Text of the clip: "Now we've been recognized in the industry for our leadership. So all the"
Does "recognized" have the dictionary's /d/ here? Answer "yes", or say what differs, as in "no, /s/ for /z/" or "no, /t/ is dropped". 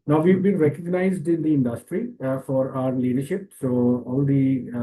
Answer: yes